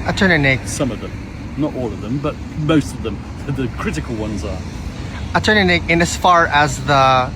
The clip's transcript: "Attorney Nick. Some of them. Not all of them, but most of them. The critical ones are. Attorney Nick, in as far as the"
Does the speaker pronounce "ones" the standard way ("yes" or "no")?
yes